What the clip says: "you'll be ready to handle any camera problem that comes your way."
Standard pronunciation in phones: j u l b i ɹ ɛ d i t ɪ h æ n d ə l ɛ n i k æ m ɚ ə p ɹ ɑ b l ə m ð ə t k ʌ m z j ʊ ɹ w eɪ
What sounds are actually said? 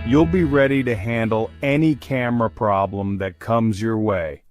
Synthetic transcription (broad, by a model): j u l b i ɹ ɛ d i t ɪ h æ n d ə l ɛ n i k æ m ɚ ə p ɹ ɑ b l ə m ð ə t k ʌ m z j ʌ ɹ w eɪ